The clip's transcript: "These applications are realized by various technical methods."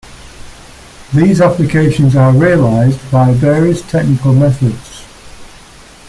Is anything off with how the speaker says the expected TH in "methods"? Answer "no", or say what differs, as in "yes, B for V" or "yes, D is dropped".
no